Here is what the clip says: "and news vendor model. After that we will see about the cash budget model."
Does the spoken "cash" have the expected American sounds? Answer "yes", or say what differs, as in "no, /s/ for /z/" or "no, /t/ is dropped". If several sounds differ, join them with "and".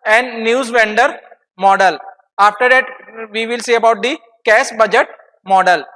no, /s/ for /ʃ/